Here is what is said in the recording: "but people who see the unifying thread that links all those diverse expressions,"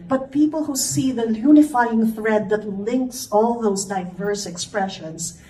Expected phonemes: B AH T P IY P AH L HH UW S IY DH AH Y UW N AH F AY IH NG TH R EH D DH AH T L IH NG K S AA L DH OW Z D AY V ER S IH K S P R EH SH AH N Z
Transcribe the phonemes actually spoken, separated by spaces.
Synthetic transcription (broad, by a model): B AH T P IY P AH L HH UW S IY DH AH Y UW N AH F AY IH NG TH R EH D DH AH T L IH NG K S AA L DH OW Z D AY V ER S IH K S P R EH SH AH N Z